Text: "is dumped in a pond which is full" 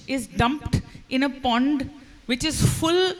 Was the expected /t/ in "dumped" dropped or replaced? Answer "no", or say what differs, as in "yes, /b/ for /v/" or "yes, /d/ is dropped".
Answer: no